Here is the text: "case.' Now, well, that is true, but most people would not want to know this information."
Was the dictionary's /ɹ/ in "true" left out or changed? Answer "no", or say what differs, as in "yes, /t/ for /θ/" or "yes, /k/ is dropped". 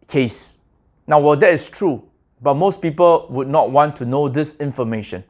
no